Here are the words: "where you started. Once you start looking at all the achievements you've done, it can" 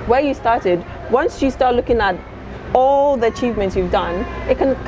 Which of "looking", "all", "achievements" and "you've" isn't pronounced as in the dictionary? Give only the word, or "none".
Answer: none